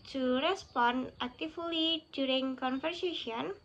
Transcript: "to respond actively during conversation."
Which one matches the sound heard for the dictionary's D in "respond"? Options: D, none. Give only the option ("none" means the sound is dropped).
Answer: none